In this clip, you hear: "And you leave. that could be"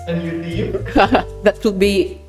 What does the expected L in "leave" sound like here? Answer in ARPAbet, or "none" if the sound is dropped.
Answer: N